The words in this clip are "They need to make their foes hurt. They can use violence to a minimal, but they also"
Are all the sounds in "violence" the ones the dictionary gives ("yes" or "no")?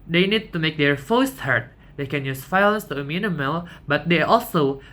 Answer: no